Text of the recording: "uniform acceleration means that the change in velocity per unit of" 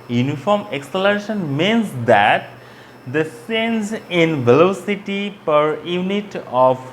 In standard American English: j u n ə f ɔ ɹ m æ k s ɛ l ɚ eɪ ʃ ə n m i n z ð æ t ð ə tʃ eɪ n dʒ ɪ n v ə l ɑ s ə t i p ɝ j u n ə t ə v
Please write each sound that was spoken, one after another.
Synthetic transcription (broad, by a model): j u n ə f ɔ ɹ m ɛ k s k l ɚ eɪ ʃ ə n m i n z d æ t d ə s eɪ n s ɪ n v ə l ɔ s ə t i p ɝ j u n ə t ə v